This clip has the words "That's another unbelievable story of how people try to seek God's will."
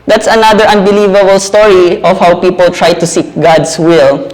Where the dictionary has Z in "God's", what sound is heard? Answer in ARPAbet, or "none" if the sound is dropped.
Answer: S